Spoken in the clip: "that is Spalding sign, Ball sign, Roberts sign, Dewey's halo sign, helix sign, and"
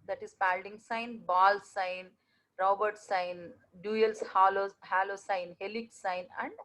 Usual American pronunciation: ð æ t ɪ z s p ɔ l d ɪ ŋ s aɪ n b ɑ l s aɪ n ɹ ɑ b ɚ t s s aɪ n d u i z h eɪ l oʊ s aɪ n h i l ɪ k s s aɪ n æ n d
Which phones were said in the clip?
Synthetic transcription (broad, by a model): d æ t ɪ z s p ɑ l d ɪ ŋ s aɪ n b ɑ l s aɪ n ɹ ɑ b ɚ t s s aɪ n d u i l h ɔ l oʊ s aɪ n h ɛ l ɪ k s s aɪ n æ n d